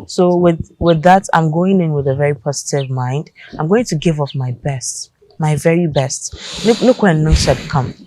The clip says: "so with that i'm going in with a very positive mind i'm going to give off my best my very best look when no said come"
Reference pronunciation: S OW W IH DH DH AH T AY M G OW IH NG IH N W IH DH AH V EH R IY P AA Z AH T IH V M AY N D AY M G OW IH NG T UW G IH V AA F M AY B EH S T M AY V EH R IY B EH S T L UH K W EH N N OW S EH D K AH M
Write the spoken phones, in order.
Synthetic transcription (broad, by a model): S OW W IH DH DH AH T AY M G OW IH NG IH N W IH DH AH V EH R IY P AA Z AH T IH V M AY N D AY M G OW IH NG T UW G IH V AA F M AY B EH S T M AY V EH R IY B EH S T N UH K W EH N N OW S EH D K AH M